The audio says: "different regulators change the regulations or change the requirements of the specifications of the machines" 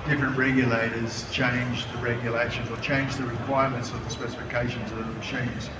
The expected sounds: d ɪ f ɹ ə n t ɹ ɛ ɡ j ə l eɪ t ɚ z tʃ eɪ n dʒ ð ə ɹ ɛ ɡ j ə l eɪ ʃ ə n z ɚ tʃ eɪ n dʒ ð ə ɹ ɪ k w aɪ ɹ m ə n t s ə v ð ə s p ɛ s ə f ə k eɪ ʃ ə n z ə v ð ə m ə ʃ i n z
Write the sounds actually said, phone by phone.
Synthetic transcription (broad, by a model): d ɪ f ɹ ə n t ɹ ɛ ɡ j ə l eɪ t ɚ z tʃ eɪ n dʒ ð ə ɹ ɛ ɡ j ə l eɪ ʃ ə n z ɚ tʃ eɪ n dʒ ð ə ɹ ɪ k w aɪ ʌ m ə n t s ə v ð ə s p ɛ s ə f ə k eɪ ʃ ə n z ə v ð ə m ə ʃ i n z